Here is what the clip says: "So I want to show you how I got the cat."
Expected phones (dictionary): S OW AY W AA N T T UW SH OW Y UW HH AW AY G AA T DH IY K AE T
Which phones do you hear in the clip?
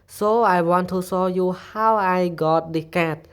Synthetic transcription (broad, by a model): S OW AY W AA N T T UW S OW Y UW HH AW AY G AA T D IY K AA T